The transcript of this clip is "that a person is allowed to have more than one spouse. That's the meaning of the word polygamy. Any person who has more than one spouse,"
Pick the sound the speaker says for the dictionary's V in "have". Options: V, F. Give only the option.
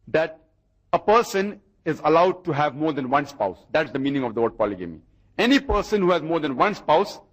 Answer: V